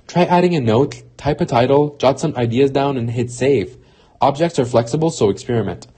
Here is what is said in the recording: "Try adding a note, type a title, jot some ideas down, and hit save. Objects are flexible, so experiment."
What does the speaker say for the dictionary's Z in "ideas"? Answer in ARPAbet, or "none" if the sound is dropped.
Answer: Z